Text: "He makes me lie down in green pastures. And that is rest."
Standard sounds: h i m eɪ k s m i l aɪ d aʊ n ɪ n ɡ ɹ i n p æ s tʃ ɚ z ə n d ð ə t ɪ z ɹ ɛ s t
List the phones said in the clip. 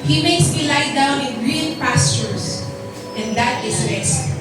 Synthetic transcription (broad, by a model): h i m eɪ k s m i l aɪ d aʊ n ɪ n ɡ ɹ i l p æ s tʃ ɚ s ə n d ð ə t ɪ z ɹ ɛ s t